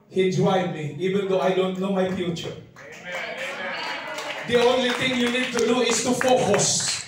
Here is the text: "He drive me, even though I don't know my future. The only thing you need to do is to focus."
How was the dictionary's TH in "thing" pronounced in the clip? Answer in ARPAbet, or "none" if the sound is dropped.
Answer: T